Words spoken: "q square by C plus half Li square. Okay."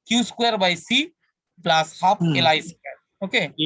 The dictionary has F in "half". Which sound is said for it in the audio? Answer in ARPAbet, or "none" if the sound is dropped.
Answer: P